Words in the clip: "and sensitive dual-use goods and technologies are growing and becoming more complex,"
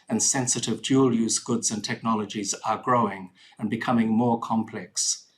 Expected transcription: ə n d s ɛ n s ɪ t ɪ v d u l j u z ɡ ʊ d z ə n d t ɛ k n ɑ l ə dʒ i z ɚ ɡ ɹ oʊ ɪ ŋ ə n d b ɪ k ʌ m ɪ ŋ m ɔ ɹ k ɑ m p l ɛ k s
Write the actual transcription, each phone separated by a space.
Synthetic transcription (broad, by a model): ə n s ɛ n s ɪ t ɪ v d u l j u z ɡ ʊ d z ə n t ɛ k n ɑ l ə dʒ i z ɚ ɡ ɹ oʊ ɪ ŋ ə n b ɪ k ʌ m ɪ ŋ m ɔ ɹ k ɑ m p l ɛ k s